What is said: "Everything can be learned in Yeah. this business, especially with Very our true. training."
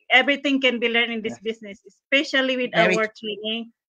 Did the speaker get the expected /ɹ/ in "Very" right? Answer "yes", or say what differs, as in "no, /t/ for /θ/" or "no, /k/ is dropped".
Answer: no, /w/ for /ɹ/